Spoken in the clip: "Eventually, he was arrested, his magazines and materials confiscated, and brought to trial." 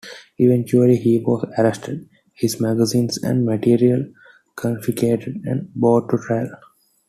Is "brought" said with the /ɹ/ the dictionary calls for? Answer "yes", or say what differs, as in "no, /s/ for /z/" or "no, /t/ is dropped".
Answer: no, /ɹ/ is dropped